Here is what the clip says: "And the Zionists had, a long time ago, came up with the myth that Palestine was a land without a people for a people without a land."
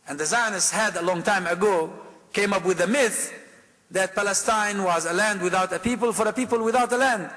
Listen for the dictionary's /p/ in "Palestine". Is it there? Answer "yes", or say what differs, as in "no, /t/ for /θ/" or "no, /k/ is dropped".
yes